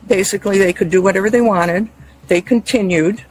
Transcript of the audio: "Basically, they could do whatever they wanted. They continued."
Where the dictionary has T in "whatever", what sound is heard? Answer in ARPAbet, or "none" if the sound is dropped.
T